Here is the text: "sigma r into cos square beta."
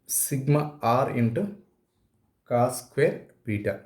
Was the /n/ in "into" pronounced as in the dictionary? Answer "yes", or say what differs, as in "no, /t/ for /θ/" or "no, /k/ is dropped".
yes